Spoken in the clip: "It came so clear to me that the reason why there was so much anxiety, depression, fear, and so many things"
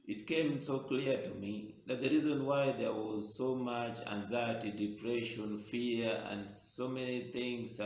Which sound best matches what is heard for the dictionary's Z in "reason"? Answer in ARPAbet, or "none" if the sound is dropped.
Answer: Z